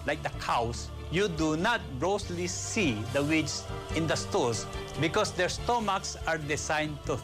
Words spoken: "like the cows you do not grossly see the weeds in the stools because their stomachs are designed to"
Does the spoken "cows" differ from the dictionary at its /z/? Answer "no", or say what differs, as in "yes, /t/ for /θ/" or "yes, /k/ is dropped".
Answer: yes, /s/ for /z/